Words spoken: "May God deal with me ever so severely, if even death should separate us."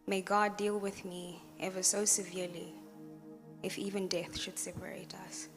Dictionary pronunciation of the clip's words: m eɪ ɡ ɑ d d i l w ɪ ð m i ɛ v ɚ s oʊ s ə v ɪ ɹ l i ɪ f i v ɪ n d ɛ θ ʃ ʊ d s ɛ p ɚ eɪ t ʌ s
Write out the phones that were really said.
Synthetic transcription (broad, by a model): m eɪ ɡ ɑ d d i l w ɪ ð m i ɛ v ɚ s oʊ s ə v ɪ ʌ l i ɪ f i v ɪ n d ɛ θ ʃ ʊ d s ɛ p ɚ eɪ t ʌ s